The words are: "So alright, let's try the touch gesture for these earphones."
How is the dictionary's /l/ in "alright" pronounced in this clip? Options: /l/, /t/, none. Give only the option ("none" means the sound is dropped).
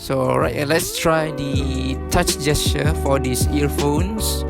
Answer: none